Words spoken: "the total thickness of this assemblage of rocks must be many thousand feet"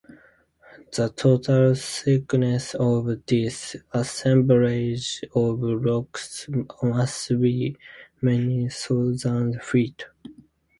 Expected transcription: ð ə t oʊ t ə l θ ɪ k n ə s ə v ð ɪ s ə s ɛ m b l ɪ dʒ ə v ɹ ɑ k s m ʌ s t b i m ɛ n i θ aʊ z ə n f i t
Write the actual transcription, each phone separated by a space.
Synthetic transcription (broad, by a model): ð ə t oʊ t ə l s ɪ k n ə s ə v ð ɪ s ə s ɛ m b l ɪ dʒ ə v ɹ ɑ k s m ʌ s t b i m ɛ n i s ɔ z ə n f i t